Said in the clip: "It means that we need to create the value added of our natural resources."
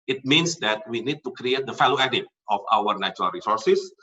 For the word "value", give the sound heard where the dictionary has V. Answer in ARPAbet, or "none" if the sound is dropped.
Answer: F